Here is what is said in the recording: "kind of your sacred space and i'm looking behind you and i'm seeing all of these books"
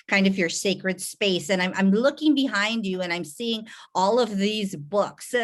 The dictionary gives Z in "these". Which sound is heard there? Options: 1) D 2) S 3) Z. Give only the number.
3